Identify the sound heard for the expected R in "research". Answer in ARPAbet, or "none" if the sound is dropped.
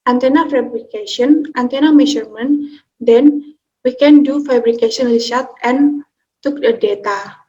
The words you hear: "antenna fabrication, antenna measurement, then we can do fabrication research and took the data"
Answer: L